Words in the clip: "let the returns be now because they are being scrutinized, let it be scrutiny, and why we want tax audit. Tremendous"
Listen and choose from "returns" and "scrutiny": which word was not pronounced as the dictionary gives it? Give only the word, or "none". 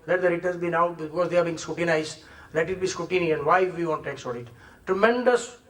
returns